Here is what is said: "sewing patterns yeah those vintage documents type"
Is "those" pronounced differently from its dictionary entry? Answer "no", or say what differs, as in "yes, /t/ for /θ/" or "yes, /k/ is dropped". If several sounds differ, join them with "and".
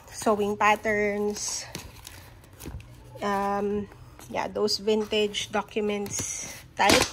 yes, /s/ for /z/